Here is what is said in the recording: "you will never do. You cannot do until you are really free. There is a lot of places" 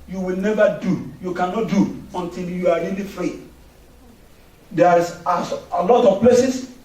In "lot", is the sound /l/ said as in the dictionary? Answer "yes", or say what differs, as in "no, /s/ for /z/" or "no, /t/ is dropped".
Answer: yes